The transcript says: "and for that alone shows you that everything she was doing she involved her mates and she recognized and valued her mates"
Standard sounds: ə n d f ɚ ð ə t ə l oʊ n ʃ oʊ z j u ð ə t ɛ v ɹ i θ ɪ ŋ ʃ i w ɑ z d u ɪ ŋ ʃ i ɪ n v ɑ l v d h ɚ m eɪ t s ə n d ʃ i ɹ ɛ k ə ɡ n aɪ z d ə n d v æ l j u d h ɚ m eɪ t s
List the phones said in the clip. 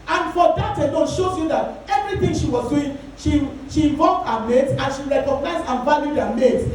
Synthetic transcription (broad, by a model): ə n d f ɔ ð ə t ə n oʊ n ʃ oʊ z j u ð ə t ɛ v ɹ i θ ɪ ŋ ʃ i w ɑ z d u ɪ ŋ ʃ i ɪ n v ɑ v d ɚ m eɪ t ə n ʃ i ɹ ɛ k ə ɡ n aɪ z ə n v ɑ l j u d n m eɪ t